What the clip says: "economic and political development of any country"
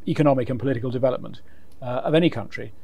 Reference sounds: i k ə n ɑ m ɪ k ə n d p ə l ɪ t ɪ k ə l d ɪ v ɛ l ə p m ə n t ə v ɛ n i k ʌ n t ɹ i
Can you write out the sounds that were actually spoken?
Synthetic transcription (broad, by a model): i k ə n ɑ m ɪ k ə n p ə l ɪ t ɪ k ə l d ɪ v ɛ l ə p m ə n t ə v ɛ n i k ʌ n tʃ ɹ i